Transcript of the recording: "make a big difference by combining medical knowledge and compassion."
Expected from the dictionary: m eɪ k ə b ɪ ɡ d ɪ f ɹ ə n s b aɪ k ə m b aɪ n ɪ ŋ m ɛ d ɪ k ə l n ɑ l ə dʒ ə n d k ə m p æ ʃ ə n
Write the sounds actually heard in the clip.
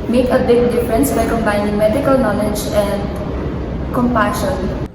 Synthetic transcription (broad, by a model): m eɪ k ə b ɪ ɡ d ɪ f ɹ ə n s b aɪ k ə m b aɪ n ɪ ŋ m ɛ d ɪ k ə l n ɑ l ə dʒ ə n d k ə m p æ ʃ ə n